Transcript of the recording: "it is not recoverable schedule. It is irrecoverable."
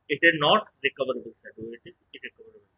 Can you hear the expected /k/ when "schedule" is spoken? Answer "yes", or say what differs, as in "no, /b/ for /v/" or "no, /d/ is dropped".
no, /k/ is dropped